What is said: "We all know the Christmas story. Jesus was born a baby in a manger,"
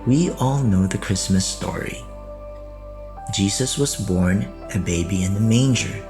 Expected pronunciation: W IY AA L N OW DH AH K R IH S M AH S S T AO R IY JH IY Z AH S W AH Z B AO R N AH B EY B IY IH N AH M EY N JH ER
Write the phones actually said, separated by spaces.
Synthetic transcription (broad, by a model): W IY AA L N OW DH AH K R IH S M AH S S T AO R IY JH IY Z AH S W AH Z B AO R N AH B EY B IY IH N AH M EY N JH ER